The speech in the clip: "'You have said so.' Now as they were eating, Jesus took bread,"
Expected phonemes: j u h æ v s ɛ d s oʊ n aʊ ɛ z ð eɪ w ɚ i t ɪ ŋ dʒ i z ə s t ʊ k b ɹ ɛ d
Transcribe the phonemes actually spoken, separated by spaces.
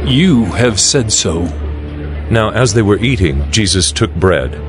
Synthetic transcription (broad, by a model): j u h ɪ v s ɛ d s oʊ n aʊ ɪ z ð eɪ w ɚ i t ɪ ŋ dʒ i z ə s t ʊ k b ɹ ɛ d